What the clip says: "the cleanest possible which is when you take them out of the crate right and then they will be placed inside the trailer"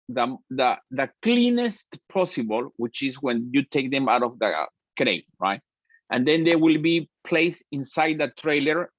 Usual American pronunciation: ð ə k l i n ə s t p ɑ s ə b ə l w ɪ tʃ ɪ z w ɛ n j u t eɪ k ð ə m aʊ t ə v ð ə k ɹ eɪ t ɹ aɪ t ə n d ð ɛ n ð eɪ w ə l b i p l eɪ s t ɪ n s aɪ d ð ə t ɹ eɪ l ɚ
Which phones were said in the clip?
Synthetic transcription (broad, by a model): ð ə k l i n ə s t p ɑ s ə b ə l w ɪ tʃ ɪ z w ɛ n j u t eɪ k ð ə m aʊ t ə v ð ə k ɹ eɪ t ɹ aɪ t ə n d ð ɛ n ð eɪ w ə l b i p l eɪ s ɪ n s aɪ d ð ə t ɹ eɪ l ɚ